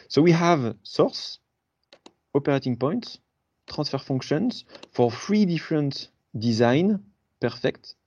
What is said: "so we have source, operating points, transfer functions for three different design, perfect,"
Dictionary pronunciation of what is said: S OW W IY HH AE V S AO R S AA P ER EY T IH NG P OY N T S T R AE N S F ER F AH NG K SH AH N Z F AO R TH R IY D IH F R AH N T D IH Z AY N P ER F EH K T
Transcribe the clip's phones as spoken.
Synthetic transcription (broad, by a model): S OW W IY HH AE V S AO R S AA P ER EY T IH NG P OY N T S T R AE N S F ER F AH NG K SH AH N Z F AO R F R IY D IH F R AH N T D IH Z AY N P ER F EH K T